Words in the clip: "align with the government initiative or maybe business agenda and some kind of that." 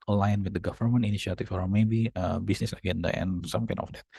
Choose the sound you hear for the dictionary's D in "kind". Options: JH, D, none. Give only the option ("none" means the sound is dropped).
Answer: none